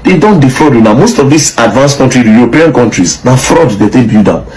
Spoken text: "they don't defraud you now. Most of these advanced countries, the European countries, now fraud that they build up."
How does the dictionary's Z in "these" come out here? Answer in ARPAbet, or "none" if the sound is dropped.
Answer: S